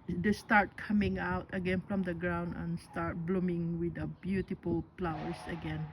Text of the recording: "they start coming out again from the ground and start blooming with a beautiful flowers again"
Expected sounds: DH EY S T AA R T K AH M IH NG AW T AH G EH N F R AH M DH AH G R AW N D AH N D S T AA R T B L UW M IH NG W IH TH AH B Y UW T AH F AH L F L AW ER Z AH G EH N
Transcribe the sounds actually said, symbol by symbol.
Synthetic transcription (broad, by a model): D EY S T AA R T K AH M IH NG AW T AH G EH N F R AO M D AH G R AW N D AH N S T AA R T B L UW M IH NG W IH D AH B Y UW T AH F AH L P L AW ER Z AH G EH N